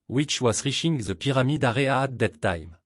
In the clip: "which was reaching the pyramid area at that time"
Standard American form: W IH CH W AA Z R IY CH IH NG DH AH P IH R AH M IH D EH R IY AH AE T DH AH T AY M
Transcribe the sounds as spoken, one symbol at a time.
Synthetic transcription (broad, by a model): W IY CH W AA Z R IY SH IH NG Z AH P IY R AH M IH D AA R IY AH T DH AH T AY M